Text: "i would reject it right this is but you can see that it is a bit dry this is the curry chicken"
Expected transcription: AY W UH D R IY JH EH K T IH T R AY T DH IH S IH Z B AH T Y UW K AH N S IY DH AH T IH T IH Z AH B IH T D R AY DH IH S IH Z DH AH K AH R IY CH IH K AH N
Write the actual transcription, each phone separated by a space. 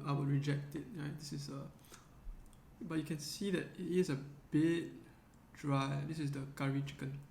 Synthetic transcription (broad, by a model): AY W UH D R IY JH EH K T IH T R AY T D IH S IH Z B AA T Y UW K AH N S IY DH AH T IH T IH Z AH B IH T D R AY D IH S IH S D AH K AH R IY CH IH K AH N